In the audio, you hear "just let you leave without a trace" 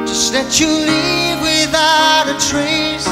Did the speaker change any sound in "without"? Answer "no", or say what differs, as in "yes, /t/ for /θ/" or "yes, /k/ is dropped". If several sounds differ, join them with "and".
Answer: yes, /t/ is dropped